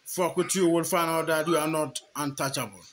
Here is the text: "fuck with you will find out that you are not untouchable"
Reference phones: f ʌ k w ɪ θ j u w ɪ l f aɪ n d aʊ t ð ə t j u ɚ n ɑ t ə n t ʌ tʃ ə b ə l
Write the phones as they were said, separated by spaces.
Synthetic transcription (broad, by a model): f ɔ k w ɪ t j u w ɪ l f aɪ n aʊ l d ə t j u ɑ n ɑ t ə n t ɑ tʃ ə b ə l